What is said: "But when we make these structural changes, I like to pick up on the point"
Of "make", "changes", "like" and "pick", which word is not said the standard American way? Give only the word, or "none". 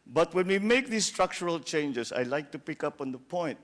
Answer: changes